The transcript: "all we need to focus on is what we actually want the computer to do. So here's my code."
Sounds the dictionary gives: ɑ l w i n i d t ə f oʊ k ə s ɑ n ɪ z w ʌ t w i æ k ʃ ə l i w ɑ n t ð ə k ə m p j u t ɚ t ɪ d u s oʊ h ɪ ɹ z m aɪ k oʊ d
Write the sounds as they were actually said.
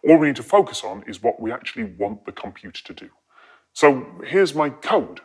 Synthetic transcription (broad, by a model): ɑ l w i n i d t ə f oʊ k ə s n ɪ z w ʌ t w i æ k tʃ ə l i w ɑ n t ð ə k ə m p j u t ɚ t ɪ d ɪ s oʊ h ɪ ɹ z m aɪ k oʊ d